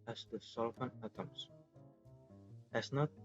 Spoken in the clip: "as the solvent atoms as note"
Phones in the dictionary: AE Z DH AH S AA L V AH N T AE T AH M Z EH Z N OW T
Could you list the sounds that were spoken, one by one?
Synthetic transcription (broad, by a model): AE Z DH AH S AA L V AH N AE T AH M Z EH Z N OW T